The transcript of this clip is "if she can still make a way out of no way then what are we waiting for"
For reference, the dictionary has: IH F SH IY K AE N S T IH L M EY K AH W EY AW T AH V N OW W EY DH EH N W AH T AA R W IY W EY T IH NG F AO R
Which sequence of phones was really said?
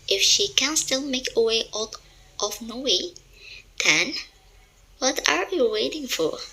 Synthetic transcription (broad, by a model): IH F SH IY K AE N S T IH L M EY K AH W EY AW T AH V N OW W EY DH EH N W AH T AA R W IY W EY T IH NG F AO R